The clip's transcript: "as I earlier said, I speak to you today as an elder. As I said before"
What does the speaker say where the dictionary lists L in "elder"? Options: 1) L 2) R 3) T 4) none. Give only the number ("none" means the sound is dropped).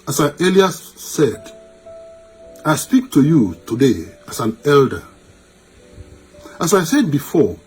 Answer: 1